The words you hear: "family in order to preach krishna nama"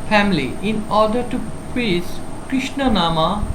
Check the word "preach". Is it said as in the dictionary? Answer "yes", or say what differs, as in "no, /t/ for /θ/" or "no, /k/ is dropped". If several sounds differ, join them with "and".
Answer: no, /s/ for /tʃ/